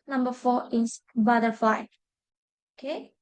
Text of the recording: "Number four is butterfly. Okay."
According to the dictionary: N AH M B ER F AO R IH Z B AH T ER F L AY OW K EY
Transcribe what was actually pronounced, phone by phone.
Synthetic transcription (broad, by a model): N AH M B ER F AO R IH S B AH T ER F AY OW K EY